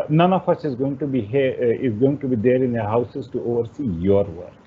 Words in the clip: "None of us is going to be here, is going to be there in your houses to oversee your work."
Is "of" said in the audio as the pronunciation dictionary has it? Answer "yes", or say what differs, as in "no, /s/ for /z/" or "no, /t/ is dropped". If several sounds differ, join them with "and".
no, /f/ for /v/